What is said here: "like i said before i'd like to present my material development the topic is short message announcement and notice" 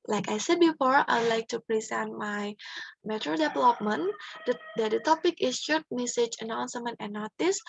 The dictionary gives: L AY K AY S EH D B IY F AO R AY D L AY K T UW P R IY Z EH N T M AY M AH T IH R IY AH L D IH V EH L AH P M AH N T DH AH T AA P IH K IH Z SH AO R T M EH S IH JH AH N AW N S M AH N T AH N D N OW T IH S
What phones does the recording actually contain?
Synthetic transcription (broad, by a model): L AY K AY S EH D B IY F AO R AY D L AY K T UW P R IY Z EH N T M AY M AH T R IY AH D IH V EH L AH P M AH N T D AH T AA P IH K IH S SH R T M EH S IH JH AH N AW N S M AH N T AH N N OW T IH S